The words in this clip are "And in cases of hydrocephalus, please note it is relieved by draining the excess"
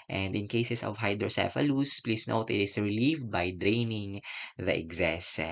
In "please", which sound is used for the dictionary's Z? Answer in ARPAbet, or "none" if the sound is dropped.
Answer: S